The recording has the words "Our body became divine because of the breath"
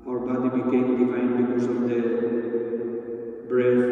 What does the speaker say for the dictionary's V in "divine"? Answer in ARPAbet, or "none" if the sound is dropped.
F